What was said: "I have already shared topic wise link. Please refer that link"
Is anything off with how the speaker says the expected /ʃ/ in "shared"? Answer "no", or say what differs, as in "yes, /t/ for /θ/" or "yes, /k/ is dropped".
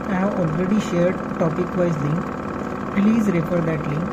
no